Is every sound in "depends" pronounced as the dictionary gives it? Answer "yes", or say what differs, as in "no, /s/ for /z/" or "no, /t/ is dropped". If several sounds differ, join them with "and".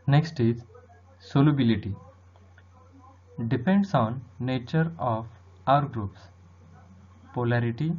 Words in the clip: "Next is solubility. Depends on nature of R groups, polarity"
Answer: no, /s/ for /z/